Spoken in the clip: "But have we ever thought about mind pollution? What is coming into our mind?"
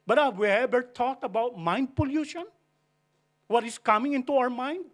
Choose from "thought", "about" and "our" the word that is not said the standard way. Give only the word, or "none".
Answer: thought